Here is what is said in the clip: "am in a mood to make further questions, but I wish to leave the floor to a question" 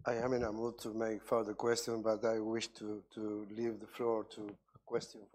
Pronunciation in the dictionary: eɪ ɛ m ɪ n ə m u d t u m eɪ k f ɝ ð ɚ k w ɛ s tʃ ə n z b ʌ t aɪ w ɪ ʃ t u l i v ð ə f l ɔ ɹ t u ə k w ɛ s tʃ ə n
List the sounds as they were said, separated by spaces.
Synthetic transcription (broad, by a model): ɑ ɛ m ɪ n ə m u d t u m eɪ k f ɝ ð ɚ k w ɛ s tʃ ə n b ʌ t aɪ w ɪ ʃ t u l i v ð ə f l ɔ ɹ t u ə k w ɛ s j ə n